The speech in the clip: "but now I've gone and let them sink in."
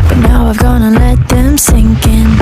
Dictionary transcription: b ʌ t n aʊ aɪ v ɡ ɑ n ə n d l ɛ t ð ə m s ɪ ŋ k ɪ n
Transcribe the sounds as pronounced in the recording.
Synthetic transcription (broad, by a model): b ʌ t n aʊ aɪ v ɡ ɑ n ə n l ɛ t ð ə m s ɪ ŋ k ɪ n